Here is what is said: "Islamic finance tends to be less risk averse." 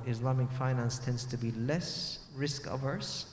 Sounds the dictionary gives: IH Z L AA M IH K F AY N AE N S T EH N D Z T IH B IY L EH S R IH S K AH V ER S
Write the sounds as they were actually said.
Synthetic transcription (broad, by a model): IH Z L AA M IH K F AY N AE N S T EH N D Z T IH B IY L EH S R IH S K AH V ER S